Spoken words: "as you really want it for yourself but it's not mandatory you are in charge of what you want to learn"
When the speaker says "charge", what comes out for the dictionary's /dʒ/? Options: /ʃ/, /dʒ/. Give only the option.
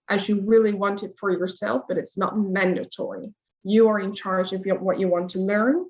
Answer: /dʒ/